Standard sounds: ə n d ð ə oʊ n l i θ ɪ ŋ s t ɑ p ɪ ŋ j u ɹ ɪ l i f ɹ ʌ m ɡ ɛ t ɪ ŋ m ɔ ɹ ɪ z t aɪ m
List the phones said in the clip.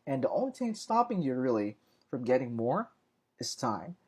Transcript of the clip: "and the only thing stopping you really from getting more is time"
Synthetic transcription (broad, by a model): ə n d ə oʊ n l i t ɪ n s t ɑ p ɪ ŋ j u ɹ ɪ l i f ɹ ʌ m ɡ ɛ t ɪ ŋ m ɔ ɹ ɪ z t aɪ m